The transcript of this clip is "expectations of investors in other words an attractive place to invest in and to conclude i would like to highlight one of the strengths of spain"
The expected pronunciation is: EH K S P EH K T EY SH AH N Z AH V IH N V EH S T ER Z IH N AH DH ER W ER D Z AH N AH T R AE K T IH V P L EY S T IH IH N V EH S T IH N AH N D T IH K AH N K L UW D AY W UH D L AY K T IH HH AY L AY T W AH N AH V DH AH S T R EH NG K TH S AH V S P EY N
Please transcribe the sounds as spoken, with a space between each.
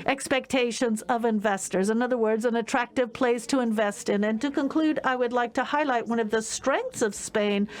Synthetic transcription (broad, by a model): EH K S P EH K T EY SH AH N Z AH V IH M V EH S T ER Z IH N AH DH ER W ER D Z AH N AH T R AE K T IH V P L EY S T IH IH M V EH S T IH N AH N T IH K AH N K L UW D AY W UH D L AY K T IH HH AY L AY T W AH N AH V DH AH S T R EH NG K TH S AH V S P EY N